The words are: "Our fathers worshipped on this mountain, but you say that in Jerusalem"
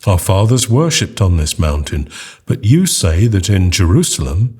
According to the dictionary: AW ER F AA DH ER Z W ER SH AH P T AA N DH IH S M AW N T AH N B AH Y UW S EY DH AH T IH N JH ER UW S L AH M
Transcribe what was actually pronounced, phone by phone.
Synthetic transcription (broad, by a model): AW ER F AA DH ER Z W ER SH AH P T N DH IH S M AW N T AH N B AH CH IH S EY DH AH T IH N JH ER UW S L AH M